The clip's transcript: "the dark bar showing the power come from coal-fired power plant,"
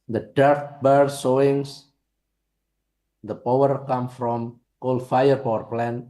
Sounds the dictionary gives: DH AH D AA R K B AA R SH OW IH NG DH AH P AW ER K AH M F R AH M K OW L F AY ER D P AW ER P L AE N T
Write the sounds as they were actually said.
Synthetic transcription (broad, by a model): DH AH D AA R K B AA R S OW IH NG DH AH P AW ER K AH M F R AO M K OW L F AY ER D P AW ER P L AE N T